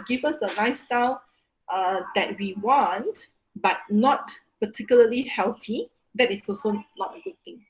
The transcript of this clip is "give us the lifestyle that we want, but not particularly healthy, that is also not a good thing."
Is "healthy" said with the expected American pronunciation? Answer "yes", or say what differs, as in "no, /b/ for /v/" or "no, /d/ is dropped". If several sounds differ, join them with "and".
no, /t/ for /θ/